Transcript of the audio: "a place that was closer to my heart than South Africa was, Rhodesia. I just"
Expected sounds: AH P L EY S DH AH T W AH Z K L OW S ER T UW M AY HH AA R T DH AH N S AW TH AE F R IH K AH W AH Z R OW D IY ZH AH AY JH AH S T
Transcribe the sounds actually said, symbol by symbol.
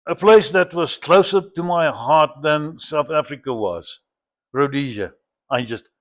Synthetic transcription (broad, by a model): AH P L EY S DH AH T W AH Z K L OW S ER T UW M AY HH AA R T DH AH N S AW TH AE F R IH K AH W AH Z R OW D IY ZH AH AY JH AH S T